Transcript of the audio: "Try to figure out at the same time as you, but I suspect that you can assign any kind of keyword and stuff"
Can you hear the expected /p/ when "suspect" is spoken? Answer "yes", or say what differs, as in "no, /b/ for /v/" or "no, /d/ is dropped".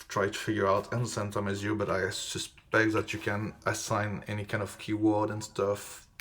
no, /b/ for /p/